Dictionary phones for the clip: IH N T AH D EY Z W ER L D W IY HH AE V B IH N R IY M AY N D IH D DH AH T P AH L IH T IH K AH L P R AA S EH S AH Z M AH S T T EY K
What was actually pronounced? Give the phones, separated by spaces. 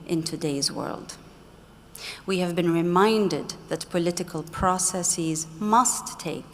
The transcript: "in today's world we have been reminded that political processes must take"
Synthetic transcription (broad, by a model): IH N T AH D EY Z W ER L D W IY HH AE V B IH N R IY M AY N D IH D DH AH T P AH L IH T IH K AH L P R AA S EH S AH Z M AH S T T EY K